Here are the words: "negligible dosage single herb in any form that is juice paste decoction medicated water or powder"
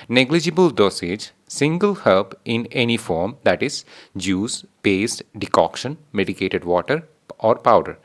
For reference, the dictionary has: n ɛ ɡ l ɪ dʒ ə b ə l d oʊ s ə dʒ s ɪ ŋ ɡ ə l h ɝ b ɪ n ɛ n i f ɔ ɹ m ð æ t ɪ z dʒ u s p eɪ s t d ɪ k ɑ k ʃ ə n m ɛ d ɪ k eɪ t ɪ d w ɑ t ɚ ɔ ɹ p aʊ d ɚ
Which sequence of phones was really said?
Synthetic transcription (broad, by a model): n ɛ ɡ l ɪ dʒ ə b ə l d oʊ s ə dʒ s ɪ ŋ ɡ ə l h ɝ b ɪ n ɛ n i f ɔ ɹ m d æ t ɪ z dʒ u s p eɪ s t d ɪ k ɑ k ʃ ə n m ɛ d ɪ k eɪ t ɪ d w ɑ t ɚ ɔ ɹ p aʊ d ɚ